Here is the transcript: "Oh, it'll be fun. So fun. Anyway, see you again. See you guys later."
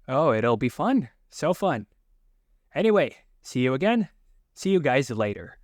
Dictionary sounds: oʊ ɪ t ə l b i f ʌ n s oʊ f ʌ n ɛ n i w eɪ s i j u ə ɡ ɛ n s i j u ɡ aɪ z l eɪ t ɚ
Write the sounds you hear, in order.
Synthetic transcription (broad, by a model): oʊ ɪ t l b i f ʌ n s oʊ f ʌ n ɛ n i w eɪ s i j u ə ɡ ɛ n s i j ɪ ɡ aɪ z l eɪ t ɚ